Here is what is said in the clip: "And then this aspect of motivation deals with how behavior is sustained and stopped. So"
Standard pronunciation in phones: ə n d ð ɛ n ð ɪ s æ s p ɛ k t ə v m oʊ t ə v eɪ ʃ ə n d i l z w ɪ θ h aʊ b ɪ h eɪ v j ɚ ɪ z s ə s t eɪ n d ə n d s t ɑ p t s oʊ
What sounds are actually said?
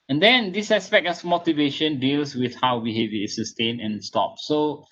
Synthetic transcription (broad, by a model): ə n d ɛ n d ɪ s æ s p ɛ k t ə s m oʊ t ə v eɪ ʃ ə n d i l s w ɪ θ h aʊ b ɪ h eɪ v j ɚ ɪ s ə s t eɪ n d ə n s t ɑ p s oʊ